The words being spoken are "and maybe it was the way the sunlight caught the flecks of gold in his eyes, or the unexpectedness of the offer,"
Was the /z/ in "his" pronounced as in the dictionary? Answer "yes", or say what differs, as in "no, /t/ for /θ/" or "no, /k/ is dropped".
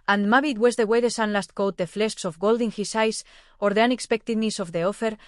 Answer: no, /s/ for /z/